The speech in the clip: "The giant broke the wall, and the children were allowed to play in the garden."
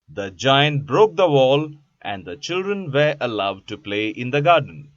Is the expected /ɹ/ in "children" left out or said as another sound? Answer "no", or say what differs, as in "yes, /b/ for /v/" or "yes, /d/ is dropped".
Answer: no